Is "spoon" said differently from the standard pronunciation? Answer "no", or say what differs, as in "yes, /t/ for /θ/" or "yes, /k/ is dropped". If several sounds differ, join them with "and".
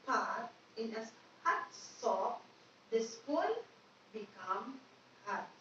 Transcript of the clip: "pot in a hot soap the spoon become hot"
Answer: yes, /l/ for /n/